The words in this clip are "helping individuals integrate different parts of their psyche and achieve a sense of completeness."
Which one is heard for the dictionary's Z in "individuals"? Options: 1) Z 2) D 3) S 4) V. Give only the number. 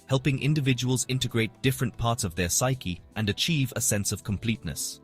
1